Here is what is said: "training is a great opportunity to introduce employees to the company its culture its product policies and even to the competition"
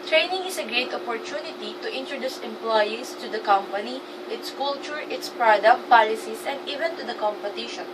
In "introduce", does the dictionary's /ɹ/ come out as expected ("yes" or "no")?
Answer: yes